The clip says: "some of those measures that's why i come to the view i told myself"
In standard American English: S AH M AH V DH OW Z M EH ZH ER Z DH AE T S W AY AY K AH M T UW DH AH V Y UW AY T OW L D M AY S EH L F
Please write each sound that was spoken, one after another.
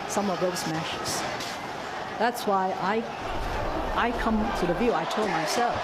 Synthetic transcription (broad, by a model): S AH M AH V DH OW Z M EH SH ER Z DH AE T S W AY AY K AH M T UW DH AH V Y UW AY T OW L D M AY S EH L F